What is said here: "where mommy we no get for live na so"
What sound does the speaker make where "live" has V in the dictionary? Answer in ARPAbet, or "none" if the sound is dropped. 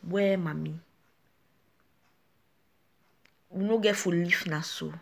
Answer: F